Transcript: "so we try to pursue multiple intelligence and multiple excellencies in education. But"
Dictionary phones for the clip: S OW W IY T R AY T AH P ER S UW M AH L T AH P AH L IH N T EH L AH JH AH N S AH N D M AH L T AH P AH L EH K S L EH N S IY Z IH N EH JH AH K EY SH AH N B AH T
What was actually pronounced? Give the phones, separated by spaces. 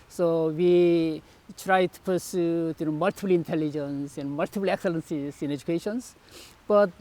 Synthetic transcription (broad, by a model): S OW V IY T R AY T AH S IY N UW M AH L T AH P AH L IH N T EH L AH JH AH N S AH N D M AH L T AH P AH L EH K S L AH N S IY S IH N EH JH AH K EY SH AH N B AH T